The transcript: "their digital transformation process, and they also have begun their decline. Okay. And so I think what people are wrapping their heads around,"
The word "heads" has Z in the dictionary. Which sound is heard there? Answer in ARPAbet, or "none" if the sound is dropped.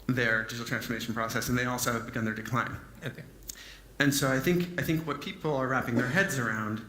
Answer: Z